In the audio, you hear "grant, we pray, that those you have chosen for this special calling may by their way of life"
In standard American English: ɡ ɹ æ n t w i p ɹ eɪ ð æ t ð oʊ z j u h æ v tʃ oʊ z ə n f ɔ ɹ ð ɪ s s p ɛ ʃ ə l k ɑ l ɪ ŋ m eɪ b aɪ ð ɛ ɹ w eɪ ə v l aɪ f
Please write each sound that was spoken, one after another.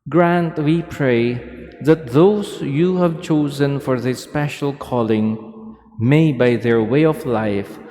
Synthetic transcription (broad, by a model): ɡ ɹ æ n t w i p ɹ eɪ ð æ t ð oʊ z j u h æ v tʃ oʊ z ə n f ɔ ɹ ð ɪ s s p ɛ ʃ ə l k ɑ l ɪ ŋ m eɪ b aɪ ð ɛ ɹ w eɪ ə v l aɪ f